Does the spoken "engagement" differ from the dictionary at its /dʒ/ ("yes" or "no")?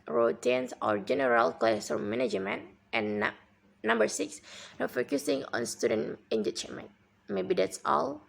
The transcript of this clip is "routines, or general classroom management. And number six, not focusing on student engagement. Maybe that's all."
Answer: yes